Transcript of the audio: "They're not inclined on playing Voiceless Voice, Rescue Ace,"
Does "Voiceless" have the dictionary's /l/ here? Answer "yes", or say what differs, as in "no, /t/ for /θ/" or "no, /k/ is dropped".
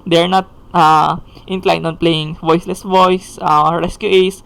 yes